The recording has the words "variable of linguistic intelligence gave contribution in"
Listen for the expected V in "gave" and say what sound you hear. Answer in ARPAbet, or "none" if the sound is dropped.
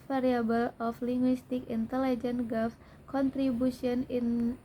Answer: F